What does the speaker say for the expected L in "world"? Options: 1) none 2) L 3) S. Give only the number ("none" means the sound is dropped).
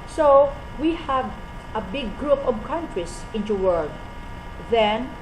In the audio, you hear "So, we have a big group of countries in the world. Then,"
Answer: 1